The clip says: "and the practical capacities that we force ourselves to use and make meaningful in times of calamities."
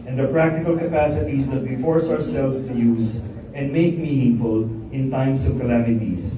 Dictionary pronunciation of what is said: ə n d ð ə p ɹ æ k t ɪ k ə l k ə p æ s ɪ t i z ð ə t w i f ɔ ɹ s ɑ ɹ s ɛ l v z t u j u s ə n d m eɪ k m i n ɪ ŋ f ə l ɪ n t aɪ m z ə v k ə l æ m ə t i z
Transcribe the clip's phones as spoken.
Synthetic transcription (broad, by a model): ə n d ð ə p ɹ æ k t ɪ k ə l k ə p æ s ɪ t i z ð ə t w i f ɔ ɹ s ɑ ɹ s ɛ l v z t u j u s ə n d m eɪ k m i n ɪ ŋ f ə l ɪ n t aɪ m s ə v k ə l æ m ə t i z